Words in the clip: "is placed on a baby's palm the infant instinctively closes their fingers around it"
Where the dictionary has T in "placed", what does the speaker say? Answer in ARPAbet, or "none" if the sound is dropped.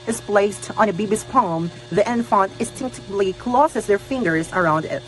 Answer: T